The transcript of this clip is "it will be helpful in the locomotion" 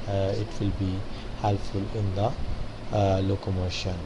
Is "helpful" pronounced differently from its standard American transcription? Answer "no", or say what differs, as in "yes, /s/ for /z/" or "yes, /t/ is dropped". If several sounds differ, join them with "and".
yes, /p/ is dropped